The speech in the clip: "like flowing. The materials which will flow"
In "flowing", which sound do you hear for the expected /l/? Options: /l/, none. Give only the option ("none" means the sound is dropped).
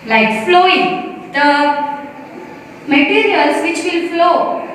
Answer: /l/